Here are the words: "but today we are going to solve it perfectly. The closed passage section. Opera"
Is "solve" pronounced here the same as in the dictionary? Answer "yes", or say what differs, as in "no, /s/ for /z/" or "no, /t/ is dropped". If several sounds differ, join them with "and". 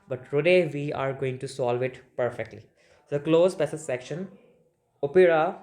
yes